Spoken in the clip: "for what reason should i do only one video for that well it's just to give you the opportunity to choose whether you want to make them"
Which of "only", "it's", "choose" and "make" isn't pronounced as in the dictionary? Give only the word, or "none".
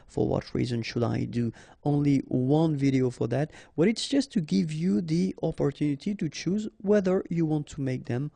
none